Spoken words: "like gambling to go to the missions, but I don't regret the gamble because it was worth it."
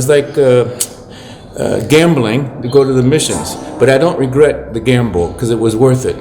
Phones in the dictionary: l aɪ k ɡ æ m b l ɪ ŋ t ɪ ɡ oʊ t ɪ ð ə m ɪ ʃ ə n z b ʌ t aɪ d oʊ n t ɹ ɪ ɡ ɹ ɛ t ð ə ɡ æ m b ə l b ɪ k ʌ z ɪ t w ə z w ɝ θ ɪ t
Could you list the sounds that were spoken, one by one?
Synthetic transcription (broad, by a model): l aɪ k ɡ æ m b l ɪ ŋ t ɪ ɡ oʊ t ɪ ð ə m ɪ ʃ ə n z b ʌ t aɪ d oʊ n t ɹ ɪ ɡ ɹ ɛ t ð ə ɡ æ m b l k ʌ z ɪ t w ə z w ɝ θ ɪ t